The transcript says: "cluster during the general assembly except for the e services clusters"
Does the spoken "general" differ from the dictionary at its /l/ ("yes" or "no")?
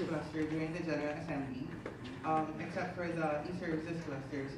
yes